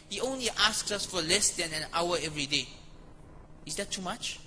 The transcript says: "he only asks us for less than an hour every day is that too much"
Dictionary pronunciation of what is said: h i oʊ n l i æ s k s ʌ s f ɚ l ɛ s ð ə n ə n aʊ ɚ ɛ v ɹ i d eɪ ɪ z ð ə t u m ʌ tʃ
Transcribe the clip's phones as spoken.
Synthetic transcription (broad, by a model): h i oʊ n l i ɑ s k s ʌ s f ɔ l ɛ s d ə n ə n aʊ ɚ ɛ v ɹ i d eɪ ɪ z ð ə t u m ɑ tʃ